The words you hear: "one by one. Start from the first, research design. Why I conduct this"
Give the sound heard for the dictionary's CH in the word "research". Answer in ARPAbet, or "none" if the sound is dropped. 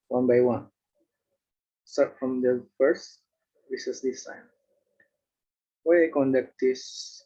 S